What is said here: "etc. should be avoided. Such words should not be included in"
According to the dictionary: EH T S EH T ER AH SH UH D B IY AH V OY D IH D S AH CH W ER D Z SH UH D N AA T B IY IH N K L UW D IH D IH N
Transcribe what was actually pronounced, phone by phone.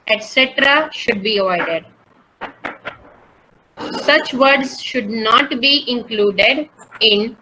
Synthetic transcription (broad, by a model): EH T S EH T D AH SH UH D B IY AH IH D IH D S AH CH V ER D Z SH UH D N AA T B IY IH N K L UW D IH D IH N